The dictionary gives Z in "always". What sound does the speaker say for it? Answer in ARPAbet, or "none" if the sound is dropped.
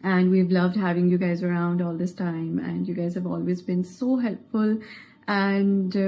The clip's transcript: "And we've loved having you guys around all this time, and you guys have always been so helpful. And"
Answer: Z